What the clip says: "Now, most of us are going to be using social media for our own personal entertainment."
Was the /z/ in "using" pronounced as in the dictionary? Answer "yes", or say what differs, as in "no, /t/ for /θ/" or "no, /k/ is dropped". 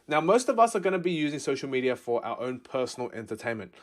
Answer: yes